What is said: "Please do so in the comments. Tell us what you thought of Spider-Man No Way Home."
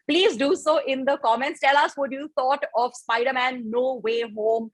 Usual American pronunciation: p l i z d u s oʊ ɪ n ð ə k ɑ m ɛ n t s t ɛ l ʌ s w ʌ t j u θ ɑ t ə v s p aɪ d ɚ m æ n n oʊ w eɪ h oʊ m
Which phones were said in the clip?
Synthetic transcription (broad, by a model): p l i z d u s oʊ ɪ n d ə k ɑ m ɛ n t s t ɛ l ʌ s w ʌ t j u t ɑ t ə v s p aɪ d ɚ m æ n n oʊ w eɪ h oʊ m